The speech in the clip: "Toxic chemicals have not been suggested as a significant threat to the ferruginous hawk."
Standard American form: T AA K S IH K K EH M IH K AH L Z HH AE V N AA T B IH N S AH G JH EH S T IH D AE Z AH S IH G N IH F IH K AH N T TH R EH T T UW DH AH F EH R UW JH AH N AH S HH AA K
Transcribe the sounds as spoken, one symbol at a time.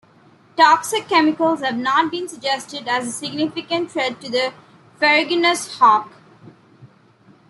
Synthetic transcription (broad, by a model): T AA K S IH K K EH M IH K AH L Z HH AE V N AA T B IH N S AH G JH EH S T IH D AE Z AH S IH G N IH F IH K AH N T T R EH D T UW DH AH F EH R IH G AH N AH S HH AA K